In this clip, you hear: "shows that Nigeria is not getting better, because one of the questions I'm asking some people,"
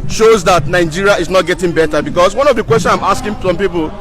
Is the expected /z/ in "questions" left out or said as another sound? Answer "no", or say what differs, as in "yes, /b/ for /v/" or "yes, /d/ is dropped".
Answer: yes, /z/ is dropped